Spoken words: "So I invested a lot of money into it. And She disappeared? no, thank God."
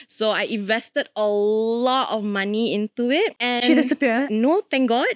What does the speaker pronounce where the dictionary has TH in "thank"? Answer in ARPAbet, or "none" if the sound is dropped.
T